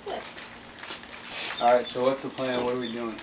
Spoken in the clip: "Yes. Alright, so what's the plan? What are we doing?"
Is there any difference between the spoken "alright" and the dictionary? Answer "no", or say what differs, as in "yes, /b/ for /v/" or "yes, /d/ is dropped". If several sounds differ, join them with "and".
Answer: yes, /l/ is dropped